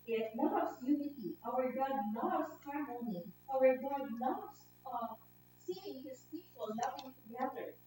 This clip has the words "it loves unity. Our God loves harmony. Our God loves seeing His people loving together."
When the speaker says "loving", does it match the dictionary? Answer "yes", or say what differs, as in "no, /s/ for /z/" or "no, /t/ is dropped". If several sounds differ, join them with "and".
no, /n/ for /l/